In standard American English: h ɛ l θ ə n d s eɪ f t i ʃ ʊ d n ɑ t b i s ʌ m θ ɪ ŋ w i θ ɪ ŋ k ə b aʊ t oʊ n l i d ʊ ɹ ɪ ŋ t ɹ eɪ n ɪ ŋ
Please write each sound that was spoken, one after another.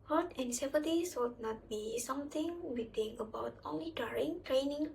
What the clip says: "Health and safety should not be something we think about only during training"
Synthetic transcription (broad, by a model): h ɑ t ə n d s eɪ p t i s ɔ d n ɑ t b i s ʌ m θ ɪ ŋ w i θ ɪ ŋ ə b aʊ t oʊ n l i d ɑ ɹ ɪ ŋ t ɹ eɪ n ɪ ŋ